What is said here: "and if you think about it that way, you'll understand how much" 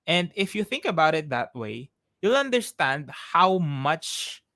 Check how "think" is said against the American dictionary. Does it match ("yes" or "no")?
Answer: yes